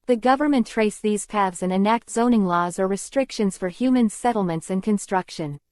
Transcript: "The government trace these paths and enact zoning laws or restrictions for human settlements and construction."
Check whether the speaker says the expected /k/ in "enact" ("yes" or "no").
yes